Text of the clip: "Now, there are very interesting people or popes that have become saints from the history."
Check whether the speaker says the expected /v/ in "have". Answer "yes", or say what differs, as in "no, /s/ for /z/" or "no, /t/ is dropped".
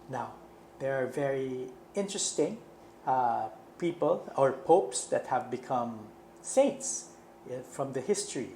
yes